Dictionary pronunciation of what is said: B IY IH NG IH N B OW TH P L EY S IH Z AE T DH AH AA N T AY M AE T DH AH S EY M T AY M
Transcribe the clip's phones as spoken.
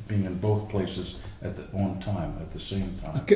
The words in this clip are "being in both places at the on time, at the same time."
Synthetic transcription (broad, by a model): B IY IH NG IH N B OW TH P L EY S IH Z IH T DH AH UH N T AY M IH T DH AH S EY M T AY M